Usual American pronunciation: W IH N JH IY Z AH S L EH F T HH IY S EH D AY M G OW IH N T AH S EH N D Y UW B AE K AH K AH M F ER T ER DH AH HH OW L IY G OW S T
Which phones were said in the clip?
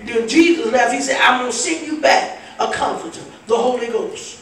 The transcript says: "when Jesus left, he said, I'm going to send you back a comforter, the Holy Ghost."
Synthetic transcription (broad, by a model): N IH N JH IY Z AH S N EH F HH IY S EH D AY M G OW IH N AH S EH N Y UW B AE K AH K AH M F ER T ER DH AH HH OW L IY G OW S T